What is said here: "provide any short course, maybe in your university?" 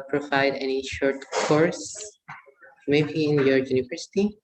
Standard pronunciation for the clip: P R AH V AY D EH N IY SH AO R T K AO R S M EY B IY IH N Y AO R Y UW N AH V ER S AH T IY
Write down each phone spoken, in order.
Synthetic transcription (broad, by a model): P R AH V AY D EH N IY SH AO R T K AO R S M EY B IY IH N Y AO R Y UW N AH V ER S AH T IY